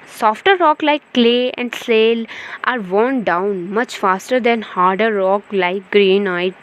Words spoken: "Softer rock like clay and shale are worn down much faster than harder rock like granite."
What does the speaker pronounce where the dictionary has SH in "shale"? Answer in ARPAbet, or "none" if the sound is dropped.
S